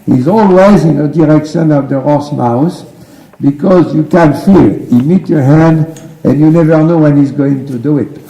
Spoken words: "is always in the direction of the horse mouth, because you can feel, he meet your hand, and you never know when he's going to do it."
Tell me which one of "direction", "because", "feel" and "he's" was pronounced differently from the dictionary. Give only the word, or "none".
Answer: none